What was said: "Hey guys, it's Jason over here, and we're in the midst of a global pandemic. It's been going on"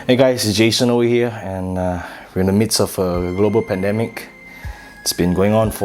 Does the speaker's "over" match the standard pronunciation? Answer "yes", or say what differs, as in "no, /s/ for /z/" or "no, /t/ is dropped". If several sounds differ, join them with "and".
no, /w/ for /v/